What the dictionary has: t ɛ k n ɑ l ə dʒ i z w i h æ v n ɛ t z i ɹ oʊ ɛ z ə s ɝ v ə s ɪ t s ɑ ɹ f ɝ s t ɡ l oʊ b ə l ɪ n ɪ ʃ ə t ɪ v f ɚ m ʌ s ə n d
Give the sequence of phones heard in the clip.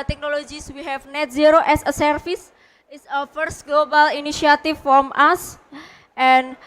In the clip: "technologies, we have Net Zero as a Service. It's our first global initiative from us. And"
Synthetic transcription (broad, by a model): t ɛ k n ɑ l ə dʒ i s w i h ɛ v n ɛ t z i ɹ oʊ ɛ s ə s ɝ f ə s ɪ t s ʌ f ɝ s t ɡ l oʊ b ə l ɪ n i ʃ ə t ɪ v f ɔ m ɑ s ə n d